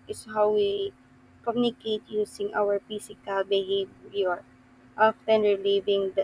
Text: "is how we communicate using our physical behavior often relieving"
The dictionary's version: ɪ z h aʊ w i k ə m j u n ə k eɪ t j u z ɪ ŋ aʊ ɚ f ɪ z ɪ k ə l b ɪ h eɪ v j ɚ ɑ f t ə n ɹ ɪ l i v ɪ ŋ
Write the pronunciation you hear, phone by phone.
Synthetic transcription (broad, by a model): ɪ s h aʊ w i k ə m j u n ə k eɪ t j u s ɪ ŋ aʊ ɚ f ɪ s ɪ k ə l b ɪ h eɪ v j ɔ ɑ f t ə n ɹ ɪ l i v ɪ ŋ